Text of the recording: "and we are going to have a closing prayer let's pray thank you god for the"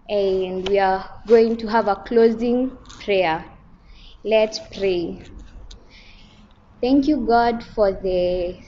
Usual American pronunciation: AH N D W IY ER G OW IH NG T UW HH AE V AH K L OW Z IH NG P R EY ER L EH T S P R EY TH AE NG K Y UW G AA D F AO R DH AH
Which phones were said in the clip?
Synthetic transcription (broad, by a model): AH N D W IY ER G OW IH NG T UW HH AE V AH K L OW Z IH NG P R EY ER L EH T S P R EY TH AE NG K Y UW G AA D F AO R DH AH